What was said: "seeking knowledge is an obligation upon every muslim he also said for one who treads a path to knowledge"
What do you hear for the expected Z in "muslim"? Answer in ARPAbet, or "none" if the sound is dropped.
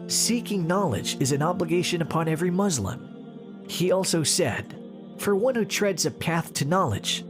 Z